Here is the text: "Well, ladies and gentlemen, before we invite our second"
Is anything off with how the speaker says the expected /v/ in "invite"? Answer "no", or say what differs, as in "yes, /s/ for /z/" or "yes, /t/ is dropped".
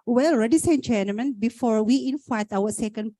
yes, /f/ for /v/